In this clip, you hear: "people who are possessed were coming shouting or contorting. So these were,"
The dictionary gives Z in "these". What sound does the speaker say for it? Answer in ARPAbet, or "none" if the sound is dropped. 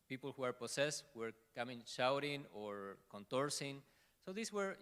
S